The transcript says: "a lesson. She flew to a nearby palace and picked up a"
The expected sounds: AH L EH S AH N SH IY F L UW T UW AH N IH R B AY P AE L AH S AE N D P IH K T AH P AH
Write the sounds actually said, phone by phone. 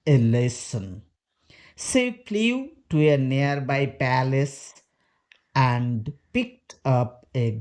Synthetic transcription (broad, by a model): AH L EH S AH N S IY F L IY T UW AH N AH R B AY P AE L AH S AE N D P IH K T AH P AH